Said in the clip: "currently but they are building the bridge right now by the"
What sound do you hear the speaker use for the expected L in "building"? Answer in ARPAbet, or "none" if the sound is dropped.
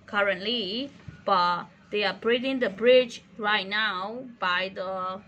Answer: none